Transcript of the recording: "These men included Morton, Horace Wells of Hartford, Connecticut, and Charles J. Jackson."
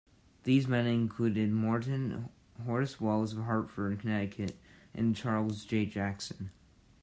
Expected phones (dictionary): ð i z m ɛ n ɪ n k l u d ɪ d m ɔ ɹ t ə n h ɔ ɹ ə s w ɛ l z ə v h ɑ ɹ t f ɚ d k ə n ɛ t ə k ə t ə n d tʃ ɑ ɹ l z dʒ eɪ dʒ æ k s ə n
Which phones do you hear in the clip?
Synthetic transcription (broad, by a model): ð i z m ɛ n ɪ n k l u d ɪ d m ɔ ɹ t n h ɔ ɹ s w ɛ l z ə v h ɑ ɹ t f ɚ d k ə n ɛ t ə k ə t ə n tʃ ɑ ɹ l z dʒ eɪ dʒ æ k s ə n